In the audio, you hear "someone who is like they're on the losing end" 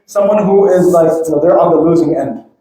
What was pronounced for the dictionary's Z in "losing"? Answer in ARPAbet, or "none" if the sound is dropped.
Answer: Z